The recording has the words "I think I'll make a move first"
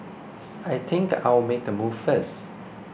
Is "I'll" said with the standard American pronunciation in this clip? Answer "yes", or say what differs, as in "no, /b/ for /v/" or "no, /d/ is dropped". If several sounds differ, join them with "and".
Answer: no, /w/ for /l/